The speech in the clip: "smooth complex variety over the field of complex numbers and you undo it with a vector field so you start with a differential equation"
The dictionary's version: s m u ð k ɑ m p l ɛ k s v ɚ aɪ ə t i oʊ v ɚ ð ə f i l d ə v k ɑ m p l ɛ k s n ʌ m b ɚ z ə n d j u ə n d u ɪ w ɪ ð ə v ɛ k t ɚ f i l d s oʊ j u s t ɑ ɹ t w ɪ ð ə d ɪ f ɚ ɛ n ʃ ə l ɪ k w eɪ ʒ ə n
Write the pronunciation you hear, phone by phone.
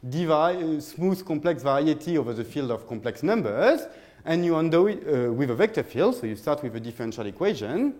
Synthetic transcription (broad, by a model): s m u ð k ɑ m p l ɛ k s v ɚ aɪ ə t i oʊ v ɚ ð ə f i l d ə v k ɑ m p l ɛ k s n ʌ m b ɚ z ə n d j u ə n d ɪ w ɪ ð ə v ɛ k t ɚ f i l d s oʊ j u s t ɑ ɹ t w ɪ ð ə d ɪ f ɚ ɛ n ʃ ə l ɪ k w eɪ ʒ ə n